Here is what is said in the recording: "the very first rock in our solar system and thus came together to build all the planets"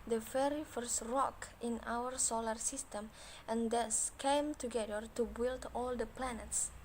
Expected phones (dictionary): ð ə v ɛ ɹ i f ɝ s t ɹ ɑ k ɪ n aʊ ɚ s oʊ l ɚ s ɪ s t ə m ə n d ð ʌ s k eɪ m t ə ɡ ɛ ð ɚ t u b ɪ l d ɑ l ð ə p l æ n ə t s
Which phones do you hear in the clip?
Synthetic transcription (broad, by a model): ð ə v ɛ ɹ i f ɝ s t ɹ ɑ k ɪ n aʊ ɚ s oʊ l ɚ s ɪ s t ə m ə n d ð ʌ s k eɪ m t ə ɡ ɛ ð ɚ t u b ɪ l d ɑ l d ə p l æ n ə t s